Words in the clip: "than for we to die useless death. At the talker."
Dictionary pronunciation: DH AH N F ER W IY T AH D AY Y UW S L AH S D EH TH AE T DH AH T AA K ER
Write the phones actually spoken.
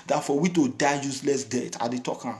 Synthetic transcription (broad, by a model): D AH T F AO W IY T AH D AY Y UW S L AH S D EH T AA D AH T AA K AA